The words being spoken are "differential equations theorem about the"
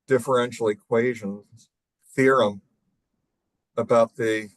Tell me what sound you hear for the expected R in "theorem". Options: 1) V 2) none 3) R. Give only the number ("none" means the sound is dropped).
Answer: 3